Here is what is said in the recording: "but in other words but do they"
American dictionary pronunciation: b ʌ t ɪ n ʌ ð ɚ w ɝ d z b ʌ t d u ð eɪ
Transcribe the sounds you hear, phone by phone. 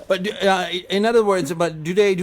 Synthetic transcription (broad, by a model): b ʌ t ɪ n ʌ ð ɚ w ɝ d z b ʌ t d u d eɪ